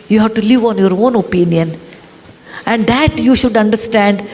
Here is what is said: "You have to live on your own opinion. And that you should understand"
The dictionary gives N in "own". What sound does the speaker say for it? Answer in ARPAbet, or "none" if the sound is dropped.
N